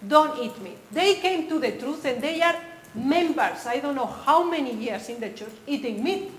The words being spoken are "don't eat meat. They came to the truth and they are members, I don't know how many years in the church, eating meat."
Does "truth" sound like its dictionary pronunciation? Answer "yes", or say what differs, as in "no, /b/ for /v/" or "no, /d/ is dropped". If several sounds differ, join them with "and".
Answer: yes